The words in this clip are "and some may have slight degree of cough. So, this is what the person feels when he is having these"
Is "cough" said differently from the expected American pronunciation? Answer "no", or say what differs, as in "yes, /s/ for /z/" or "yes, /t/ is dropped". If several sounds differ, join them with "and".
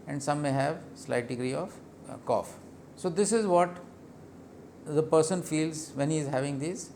no